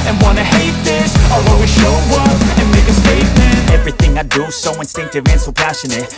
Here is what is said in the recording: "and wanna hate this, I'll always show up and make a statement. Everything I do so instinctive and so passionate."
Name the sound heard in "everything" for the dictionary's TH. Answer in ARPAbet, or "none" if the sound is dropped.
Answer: TH